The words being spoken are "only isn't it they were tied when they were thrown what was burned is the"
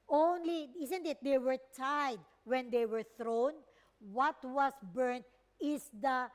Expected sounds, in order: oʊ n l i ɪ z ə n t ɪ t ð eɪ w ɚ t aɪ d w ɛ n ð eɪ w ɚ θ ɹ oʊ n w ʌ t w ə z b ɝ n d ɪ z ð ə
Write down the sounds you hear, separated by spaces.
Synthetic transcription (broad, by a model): oʊ n l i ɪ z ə n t ɪ t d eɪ w ɚ t aɪ d w ɛ n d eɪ w ɚ θ ɹ oʊ n w ʌ t w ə s b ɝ n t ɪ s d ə